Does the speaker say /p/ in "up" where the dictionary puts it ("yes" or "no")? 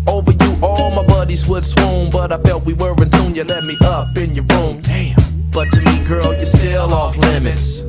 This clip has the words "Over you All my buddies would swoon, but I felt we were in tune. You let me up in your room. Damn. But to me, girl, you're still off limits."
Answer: yes